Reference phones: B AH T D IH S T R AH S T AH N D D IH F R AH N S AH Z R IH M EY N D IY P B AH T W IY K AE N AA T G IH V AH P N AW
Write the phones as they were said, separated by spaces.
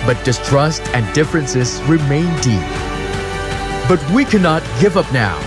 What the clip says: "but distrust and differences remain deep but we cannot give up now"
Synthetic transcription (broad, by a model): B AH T D IH S T R AH S T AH N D D IH F R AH N S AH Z R IH M EY N D IY P B AH T W IY K AE N AA T G IH V AH P N AW